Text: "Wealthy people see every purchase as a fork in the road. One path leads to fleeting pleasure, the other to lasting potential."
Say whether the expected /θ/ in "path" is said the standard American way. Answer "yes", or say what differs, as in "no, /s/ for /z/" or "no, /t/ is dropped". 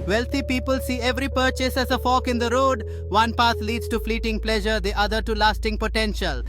no, /t/ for /θ/